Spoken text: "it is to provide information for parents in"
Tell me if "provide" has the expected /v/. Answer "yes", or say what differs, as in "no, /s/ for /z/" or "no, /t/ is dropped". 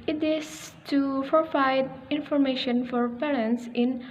no, /f/ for /v/